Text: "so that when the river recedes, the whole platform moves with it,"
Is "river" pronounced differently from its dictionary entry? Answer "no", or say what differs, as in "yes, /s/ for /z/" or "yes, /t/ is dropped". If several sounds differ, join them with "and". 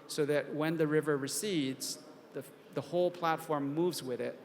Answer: no